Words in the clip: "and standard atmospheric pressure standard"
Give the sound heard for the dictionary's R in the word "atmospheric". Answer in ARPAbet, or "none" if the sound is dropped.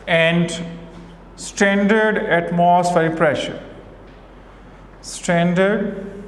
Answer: none